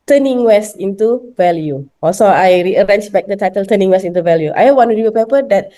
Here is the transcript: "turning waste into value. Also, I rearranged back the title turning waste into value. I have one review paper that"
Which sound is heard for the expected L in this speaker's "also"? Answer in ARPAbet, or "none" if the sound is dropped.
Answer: none